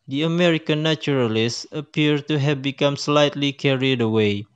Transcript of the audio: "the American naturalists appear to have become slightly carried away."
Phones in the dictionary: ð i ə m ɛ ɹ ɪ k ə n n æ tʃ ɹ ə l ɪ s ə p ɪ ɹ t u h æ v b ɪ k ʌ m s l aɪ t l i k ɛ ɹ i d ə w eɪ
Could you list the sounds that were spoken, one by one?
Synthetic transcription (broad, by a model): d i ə m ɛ ɹ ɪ k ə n n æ tʃ ɹ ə l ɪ s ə p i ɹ t u h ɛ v b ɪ k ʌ m s l aɪ t l i k ɛ ɹ i d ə w eɪ